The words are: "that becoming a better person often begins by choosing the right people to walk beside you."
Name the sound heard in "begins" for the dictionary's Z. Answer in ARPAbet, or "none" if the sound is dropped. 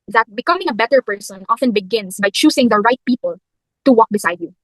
S